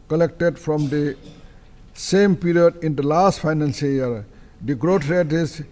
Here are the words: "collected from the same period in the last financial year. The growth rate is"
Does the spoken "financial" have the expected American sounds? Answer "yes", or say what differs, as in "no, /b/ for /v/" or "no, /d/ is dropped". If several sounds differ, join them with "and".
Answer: no, /s/ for /ʃ/